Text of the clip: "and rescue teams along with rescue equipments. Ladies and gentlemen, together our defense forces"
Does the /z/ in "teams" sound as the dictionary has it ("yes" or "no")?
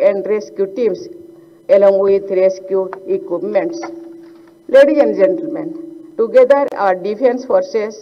no